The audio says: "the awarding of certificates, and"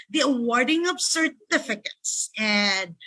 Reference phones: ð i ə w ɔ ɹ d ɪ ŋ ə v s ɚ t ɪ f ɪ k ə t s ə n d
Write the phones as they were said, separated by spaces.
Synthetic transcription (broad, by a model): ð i ə w ɔ ɹ d ɪ ŋ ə p s ɚ t ɪ f ɪ k ə t s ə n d